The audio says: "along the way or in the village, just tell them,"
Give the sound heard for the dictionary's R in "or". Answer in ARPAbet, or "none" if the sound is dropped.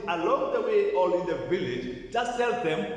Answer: L